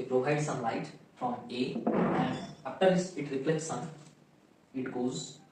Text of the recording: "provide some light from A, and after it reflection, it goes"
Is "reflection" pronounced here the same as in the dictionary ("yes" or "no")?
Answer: no